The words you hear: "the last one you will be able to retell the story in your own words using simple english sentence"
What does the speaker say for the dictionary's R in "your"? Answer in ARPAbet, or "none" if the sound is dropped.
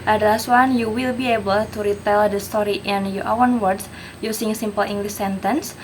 W